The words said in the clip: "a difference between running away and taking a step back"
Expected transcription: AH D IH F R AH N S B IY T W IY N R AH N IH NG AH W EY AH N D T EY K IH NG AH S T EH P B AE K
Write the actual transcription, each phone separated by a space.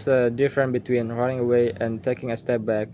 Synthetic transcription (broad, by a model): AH D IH F R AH N B IY T W IY N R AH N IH NG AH W EY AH N T EY K IH NG AH S T EH P B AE K